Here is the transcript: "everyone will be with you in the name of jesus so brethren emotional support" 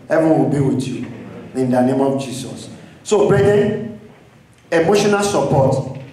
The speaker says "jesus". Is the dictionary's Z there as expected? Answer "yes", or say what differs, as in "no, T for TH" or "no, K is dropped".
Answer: no, S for Z